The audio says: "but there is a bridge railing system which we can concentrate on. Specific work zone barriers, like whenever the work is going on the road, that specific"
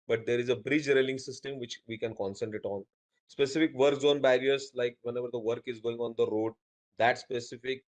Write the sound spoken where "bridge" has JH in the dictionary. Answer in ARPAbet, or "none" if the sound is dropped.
JH